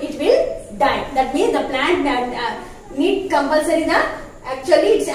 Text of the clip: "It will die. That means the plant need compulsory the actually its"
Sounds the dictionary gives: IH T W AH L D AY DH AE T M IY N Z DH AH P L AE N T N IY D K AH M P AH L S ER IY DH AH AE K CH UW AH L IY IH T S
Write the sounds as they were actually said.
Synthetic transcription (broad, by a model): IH T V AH L D AY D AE T M IY N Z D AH P L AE N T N IY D K AH M P AH L S ER IY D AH AE K CH UW AH L IY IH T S